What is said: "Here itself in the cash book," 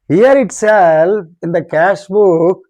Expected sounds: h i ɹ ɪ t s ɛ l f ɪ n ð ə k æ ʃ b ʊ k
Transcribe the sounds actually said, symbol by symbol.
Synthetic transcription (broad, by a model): h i ɹ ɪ t s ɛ l ɪ n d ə k æ ʃ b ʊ k